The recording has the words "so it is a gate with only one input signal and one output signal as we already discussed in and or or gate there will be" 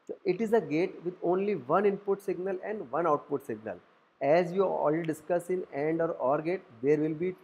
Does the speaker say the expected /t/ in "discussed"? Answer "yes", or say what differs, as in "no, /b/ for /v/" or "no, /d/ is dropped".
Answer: no, /t/ is dropped